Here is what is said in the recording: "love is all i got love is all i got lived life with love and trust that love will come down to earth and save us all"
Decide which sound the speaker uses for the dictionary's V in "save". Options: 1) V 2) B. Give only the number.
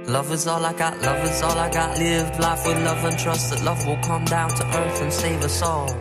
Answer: 1